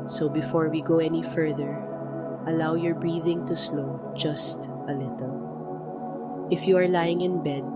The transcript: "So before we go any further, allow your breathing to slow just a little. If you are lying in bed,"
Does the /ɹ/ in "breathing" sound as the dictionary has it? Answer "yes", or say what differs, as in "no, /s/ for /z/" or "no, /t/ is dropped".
yes